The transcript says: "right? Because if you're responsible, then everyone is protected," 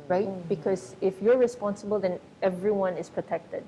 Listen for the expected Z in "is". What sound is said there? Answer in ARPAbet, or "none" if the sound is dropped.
S